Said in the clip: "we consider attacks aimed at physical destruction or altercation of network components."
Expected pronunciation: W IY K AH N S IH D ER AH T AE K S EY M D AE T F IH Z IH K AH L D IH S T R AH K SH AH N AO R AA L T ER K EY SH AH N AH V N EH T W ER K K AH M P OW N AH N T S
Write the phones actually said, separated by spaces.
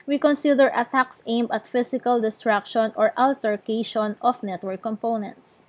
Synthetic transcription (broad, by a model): W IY K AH N S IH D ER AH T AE K S EY M AH T F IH S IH K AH L D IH S T R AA K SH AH N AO R AA L T ER K EY SH AH N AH F N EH T W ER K K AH M P OW N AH N T S